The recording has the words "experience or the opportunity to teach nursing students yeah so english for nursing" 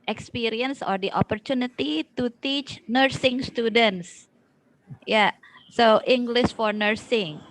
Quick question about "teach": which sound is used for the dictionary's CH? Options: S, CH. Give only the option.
CH